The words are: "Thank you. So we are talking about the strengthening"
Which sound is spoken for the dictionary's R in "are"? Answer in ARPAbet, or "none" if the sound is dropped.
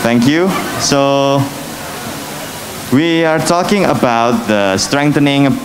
R